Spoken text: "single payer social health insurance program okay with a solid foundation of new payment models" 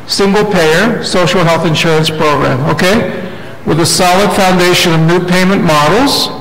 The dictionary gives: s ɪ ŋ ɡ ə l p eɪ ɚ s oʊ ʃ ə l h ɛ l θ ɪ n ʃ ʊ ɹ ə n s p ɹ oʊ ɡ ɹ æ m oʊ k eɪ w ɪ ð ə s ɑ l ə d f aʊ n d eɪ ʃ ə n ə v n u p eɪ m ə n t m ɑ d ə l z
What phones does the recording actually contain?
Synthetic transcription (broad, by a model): s ɪ ŋ ɡ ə l p eɪ ɚ s oʊ ʃ l h ɛ l θ ɪ n ʃ ʊ ɹ ə n s p ɹ oʊ ɡ ɹ æ m oʊ k eɪ w ɪ ð ə s ɑ l ə d f aʊ n d eɪ ʃ ə n ə v n u p eɪ m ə n m ɑ d l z